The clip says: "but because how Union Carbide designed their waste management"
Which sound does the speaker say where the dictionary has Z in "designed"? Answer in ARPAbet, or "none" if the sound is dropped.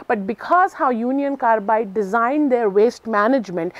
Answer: Z